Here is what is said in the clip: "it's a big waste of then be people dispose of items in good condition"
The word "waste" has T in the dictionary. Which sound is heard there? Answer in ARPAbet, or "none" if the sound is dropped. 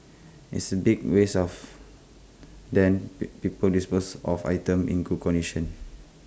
none